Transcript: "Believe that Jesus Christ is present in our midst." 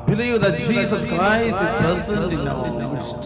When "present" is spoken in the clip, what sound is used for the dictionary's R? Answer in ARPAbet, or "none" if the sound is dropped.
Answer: none